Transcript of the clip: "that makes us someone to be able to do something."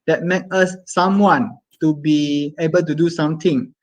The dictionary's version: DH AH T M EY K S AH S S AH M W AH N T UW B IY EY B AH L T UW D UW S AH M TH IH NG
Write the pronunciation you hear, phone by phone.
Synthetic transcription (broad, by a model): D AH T M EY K AH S S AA M W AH N T UW B IY EY B AH L T UW D UW S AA M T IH NG